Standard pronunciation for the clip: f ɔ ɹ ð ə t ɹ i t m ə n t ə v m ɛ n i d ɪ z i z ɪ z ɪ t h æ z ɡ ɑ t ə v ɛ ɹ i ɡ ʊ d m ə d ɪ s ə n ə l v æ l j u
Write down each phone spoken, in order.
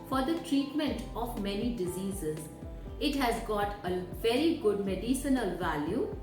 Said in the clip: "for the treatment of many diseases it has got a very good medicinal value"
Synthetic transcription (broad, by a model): f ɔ ɹ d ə t ɹ i t m ə n t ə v m ɛ n i d ɪ z i z ɪ z ɪ t h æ z ɡ ɑ t ə v ɛ ɹ i ɡ ʊ d m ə d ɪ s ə n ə l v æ l j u